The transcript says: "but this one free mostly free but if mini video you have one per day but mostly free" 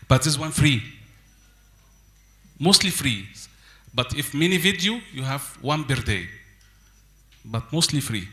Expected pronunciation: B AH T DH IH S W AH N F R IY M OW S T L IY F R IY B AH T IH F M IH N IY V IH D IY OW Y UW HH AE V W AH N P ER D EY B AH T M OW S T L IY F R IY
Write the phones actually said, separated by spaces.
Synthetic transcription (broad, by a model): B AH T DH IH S W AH N F R IY M OW S T L IY F R IY B AH T IH F M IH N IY V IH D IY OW Y UW HH AE V W AH N B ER D EY B AH T M OW S T L IY F R IY